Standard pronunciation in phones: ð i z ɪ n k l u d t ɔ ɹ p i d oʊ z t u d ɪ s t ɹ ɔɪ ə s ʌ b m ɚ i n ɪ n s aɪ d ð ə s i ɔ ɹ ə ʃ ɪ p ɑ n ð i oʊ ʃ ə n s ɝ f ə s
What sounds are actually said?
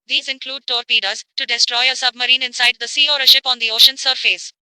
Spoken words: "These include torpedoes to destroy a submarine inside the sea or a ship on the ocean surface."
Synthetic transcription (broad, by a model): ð i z ɪ n k l u d t ɔ ɹ p i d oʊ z t u d ɪ s t ɹ ɔɪ ə s ʌ b m ɚ i n ɪ n s aɪ d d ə s i ɔ ɹ ə ʃ ɪ p ɑ n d i oʊ ʃ ə n s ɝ f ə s